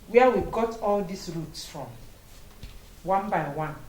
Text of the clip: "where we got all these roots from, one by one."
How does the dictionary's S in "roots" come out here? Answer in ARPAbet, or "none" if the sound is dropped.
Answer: S